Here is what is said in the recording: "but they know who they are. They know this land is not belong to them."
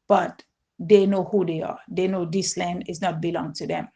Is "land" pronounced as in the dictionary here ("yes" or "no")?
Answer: yes